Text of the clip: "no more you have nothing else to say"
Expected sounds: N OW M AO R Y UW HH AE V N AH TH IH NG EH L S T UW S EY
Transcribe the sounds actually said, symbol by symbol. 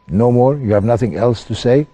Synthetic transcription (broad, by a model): N OW M AO R Y UW HH AE V N AH TH IH NG EH L S T UW S EY